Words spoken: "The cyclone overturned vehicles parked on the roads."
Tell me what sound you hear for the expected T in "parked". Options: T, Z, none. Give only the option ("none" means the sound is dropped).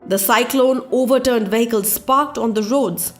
T